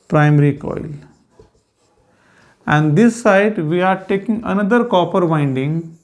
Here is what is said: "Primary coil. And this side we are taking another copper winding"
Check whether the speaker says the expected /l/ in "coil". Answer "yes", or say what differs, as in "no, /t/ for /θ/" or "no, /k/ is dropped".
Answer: yes